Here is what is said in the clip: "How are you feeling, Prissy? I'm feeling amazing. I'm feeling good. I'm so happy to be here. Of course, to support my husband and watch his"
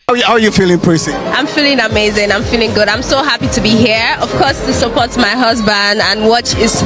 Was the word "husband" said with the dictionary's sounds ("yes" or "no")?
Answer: yes